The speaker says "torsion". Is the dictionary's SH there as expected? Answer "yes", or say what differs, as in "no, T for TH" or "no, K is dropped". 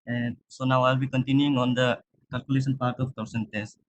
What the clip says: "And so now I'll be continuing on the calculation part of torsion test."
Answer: no, S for SH